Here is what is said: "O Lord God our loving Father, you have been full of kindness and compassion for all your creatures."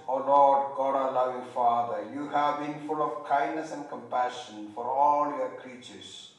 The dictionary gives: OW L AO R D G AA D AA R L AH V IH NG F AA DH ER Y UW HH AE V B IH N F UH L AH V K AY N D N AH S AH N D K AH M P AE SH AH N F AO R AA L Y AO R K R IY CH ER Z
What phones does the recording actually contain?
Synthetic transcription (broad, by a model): OW L AO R D G AA D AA L AH V IH NG F AA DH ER Y UW HH AE V B IH N F UH L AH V K AY N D N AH S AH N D K AH M P AE SH AH N F AO R AA L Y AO K R IY CH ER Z